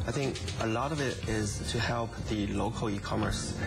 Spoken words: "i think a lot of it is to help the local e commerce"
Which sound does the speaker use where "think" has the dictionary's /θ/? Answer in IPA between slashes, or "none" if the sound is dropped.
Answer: /θ/